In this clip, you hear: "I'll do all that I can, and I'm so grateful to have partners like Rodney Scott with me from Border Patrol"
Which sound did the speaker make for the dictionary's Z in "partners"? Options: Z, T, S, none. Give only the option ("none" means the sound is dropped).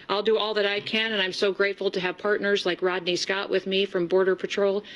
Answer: Z